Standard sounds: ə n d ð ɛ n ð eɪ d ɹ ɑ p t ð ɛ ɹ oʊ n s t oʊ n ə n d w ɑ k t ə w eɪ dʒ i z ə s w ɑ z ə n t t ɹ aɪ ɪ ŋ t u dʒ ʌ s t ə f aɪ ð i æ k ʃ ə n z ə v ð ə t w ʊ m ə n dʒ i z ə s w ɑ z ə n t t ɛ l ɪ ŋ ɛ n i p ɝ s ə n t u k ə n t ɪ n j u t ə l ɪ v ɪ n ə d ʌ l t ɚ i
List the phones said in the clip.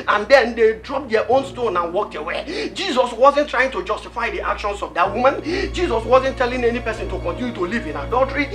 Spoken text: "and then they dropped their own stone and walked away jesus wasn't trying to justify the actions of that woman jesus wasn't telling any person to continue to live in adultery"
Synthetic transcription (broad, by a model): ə n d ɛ n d eɪ d ɹ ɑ p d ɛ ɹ oʊ n s t oʊ n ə n w ɑ k t ə w eɪ dʒ i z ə s w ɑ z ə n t t ɹ aɪ ɪ ŋ t u dʒ ʌ s t ə f aɪ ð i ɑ k ʃ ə n s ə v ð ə t w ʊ m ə n dʒ i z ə s w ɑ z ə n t t ɛ l ɪ ŋ ɛ n i p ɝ s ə n t u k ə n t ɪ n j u t ə l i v ɪ n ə d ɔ l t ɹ i